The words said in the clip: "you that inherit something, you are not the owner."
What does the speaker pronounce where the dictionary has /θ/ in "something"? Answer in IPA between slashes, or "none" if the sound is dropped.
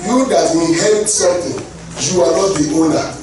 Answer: /t/